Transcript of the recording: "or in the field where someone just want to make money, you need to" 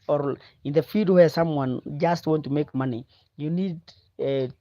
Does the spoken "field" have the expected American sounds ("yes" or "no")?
no